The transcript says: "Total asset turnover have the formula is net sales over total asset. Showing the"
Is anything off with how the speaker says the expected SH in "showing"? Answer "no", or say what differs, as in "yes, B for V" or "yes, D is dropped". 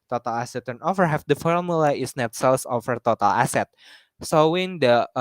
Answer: yes, S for SH